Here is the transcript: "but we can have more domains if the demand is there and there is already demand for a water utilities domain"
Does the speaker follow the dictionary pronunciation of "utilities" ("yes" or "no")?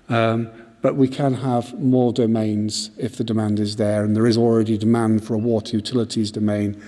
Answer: yes